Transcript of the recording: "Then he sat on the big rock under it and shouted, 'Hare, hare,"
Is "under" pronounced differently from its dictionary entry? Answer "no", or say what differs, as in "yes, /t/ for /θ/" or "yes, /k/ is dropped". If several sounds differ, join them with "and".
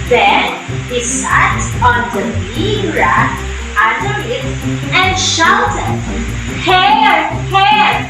yes, /n/ is dropped